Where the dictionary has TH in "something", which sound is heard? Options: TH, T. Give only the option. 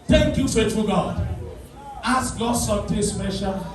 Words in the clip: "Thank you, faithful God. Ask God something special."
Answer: T